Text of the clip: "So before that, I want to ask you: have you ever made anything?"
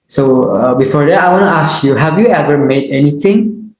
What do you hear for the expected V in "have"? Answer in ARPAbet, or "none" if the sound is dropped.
V